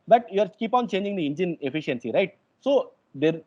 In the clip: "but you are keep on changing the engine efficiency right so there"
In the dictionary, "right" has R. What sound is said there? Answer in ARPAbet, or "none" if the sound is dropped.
R